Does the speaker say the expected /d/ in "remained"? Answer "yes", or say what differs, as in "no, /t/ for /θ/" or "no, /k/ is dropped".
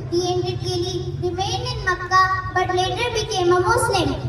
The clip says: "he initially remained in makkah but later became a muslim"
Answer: no, /d/ is dropped